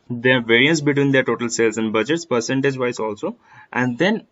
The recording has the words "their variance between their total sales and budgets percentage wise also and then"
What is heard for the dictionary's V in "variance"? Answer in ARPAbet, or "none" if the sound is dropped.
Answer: V